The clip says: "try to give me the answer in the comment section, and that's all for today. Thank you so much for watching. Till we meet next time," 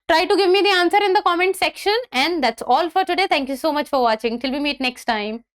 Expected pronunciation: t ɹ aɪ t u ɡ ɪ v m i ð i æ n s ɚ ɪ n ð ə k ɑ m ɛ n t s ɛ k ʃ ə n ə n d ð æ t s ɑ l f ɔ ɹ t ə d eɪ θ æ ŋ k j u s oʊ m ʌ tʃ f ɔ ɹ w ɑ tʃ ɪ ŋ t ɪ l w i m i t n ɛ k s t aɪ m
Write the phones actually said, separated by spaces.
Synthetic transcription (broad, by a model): t ɹ aɪ t u ɡ ɪ v m i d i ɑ n s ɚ ɪ n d ə k ɑ m ɛ n t s ɛ k ʃ ə n ə n d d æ t s ɑ l f ɔ ɹ t ə d eɪ t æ ŋ k j u s oʊ m ʌ tʃ f ɔ ɹ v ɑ tʃ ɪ ŋ t ɪ l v i m i t n ɛ k s t aɪ m